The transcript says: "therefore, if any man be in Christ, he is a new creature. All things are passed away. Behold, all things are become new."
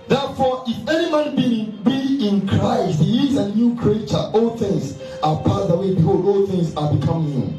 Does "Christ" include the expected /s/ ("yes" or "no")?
yes